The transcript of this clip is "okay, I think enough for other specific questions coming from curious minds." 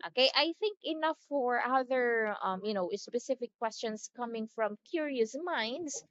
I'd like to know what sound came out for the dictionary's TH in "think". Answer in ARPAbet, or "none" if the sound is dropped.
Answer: TH